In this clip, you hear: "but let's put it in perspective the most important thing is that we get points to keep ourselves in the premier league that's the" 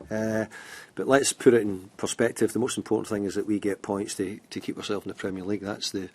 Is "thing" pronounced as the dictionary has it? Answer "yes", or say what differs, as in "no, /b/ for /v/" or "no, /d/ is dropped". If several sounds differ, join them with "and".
yes